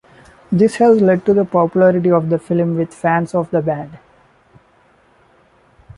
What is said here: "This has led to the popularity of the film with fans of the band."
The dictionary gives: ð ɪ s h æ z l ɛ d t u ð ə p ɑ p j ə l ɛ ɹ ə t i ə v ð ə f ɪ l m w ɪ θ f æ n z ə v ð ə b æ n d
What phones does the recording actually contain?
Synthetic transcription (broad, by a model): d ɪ s h æ z l ɛ d t u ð ə p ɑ p j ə l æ ɹ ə t i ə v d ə f ɪ l m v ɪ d f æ n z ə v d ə b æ d